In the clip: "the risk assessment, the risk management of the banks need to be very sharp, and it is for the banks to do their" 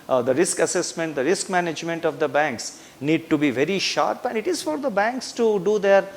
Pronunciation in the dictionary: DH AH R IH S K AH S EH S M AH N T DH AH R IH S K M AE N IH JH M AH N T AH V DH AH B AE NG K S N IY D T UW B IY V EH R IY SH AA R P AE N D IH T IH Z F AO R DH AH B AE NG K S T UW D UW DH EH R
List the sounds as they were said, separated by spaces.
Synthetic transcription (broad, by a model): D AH R IH S K AH S EH S M AH N T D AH R IH S K M AE N IH JH M AH N T AH V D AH B AE NG K S N IY D T UW B IY V EH R IY SH AA R P AE N D IH T IH Z F AO R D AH B AE NG K S T UW D UW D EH R